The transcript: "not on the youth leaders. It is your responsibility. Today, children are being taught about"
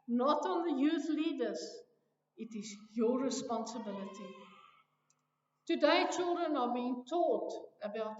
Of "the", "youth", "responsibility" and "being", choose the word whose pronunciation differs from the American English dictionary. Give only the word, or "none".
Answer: none